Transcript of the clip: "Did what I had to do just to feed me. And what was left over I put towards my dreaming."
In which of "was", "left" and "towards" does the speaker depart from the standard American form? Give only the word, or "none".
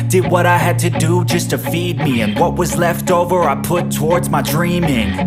none